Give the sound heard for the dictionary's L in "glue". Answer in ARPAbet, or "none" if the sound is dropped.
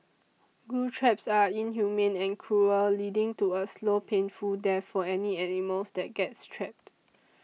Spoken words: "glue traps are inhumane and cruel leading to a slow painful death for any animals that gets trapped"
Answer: none